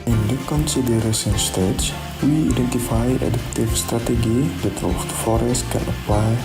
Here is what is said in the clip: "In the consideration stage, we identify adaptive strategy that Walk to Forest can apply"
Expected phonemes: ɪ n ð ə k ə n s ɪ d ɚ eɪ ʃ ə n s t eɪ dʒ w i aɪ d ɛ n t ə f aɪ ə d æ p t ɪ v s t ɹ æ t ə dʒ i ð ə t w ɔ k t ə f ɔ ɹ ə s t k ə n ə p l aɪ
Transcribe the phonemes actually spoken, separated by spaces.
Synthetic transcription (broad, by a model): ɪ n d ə k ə n s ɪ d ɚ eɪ s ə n s t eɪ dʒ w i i d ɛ n t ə f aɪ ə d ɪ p t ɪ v s t ɹ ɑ t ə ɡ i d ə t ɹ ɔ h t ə f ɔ ɹ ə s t k ə n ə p l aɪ